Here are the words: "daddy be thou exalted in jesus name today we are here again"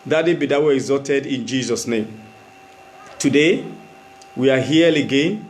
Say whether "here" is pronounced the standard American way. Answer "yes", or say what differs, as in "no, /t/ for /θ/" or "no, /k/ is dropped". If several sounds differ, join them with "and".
no, /l/ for /ɹ/